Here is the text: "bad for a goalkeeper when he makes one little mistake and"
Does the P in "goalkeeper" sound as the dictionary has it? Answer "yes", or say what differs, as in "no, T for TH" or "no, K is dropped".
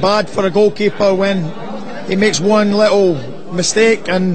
yes